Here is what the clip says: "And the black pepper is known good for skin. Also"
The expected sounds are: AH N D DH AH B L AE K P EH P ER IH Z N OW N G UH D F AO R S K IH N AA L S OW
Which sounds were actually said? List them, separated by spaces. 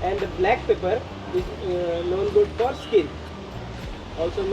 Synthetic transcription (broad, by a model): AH N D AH B L AE K P EH P ER IH Z N OW N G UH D F AO R S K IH L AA L S OW